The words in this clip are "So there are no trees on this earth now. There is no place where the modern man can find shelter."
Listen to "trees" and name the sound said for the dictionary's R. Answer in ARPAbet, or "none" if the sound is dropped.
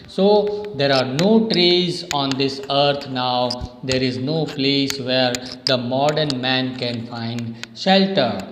R